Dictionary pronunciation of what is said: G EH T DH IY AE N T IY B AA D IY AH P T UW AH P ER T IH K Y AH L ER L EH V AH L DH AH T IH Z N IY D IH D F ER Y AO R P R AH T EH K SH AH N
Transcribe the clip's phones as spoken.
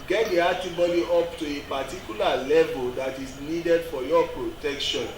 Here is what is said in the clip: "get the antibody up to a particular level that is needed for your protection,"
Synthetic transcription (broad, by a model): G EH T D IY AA T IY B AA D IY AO P T UW AH P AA T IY K Y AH L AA L EH V AH L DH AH T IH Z N IY D IH D F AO Y AO P R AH T EH K SH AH N